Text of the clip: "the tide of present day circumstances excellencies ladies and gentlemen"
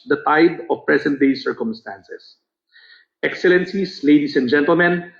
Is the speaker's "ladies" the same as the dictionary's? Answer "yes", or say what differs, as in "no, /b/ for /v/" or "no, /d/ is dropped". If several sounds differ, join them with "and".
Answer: no, /s/ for /z/